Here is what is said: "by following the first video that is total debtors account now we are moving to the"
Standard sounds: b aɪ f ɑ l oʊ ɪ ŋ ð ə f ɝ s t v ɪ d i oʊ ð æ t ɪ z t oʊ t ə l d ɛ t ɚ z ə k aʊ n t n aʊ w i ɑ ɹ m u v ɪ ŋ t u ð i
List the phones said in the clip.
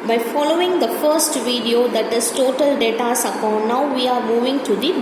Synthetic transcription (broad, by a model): b aɪ f ɑ l oʊ ɪ ŋ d ə f ɝ s t v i d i oʊ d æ t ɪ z t oʊ t ə l d ɛ t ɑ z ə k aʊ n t n aʊ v i ɑ ɹ m u v ɪ ŋ t u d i